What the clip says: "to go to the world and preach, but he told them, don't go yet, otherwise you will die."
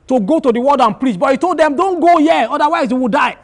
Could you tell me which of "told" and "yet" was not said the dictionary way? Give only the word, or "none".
yet